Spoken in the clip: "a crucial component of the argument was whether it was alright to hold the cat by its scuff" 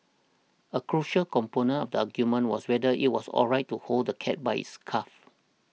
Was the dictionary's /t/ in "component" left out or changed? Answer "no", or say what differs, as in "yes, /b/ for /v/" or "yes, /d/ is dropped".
yes, /t/ is dropped